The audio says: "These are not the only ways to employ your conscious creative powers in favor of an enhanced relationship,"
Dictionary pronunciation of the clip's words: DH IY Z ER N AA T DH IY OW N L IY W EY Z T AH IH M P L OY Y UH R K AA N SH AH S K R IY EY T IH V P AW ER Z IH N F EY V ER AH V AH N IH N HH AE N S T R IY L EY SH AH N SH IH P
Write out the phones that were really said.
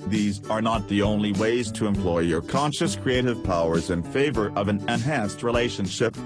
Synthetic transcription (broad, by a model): DH IY Z ER N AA T DH IY OW N L IY W EY Z T AH IH M P L OY Y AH R K AA N SH AH S K R IY EY T IH V P AW ER Z IH N F EY V ER AH V AH N IH N HH AE N S T R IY L EY SH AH N SH IH P